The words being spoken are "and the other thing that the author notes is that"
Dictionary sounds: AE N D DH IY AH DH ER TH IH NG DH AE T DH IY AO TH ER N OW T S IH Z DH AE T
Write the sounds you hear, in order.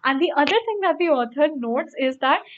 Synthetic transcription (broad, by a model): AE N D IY AH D ER T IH NG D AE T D IY AO T ER N OW T S IH Z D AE T